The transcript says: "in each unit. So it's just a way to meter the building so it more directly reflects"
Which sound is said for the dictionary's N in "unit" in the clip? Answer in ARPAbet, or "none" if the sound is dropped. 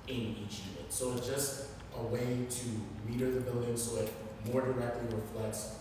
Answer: L